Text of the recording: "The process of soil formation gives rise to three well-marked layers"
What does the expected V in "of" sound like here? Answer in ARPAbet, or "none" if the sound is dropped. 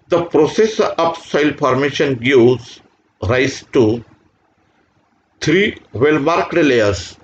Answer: P